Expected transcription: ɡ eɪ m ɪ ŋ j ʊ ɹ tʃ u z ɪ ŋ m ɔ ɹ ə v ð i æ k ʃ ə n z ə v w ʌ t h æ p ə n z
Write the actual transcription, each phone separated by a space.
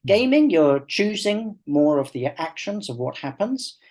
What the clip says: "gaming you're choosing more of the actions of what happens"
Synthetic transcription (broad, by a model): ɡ eɪ m ɪ ŋ j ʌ ɹ tʃ u z ɪ ŋ m ɔ ɹ ə v ð i æ k ʃ ə n z ə v w ʌ t h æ p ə n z